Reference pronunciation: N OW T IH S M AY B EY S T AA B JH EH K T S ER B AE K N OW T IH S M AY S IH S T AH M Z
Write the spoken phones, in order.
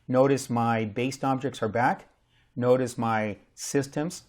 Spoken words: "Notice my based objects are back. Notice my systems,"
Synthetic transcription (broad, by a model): N OW T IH S M AY B EY S T AA B JH EH K T S ER B AE K N OW T IH S M AY S IH S T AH M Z